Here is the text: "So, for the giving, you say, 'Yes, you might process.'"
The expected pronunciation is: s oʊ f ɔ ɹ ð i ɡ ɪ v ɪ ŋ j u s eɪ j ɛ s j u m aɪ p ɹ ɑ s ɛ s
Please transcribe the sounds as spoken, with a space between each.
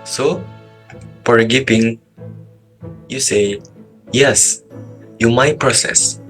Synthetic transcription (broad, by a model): s oʊ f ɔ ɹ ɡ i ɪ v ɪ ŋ j u s eɪ j ɛ s j u m aɪ p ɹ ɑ s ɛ s